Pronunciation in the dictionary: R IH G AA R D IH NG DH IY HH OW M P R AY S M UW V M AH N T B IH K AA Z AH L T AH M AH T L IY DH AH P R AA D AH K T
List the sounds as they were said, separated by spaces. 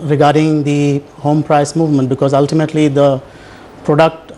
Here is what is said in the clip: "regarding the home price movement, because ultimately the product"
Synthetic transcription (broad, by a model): R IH G AA R D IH NG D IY HH OW M P R AY S M UW V M AH N T B IH K AA Z AH L T AH M AH T L IY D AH P R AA D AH K T